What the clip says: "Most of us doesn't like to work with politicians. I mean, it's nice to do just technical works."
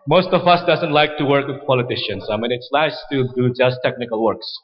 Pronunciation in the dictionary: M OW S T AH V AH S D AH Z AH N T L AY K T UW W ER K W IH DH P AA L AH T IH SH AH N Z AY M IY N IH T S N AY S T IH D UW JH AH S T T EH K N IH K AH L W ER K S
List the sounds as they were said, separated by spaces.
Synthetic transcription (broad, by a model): M OW S T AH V AH S D AH Z AH N T L AY K T UW W ER K W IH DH P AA L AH T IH SH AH N S AY M IY N IH T S L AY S T IH D UW JH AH S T T EH K N IH K AH L W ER K S